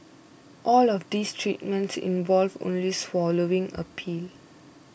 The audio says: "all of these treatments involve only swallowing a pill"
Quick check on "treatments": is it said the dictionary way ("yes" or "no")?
yes